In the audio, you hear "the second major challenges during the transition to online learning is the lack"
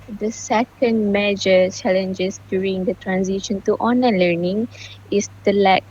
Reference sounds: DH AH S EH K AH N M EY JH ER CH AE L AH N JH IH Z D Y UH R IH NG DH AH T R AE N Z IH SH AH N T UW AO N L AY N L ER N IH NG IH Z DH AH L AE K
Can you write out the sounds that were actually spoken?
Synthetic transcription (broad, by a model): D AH S EH K AH N M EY JH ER CH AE L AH N JH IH S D Y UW R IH NG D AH T R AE N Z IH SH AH N T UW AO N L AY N L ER N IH NG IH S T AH L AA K